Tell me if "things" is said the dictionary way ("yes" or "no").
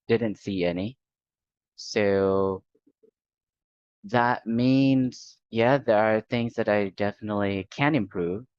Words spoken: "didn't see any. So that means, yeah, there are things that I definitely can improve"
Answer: yes